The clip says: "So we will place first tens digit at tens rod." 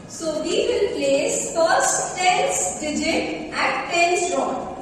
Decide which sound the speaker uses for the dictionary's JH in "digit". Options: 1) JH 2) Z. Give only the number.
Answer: 1